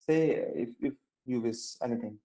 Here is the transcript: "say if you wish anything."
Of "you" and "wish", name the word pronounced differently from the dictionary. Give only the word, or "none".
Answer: wish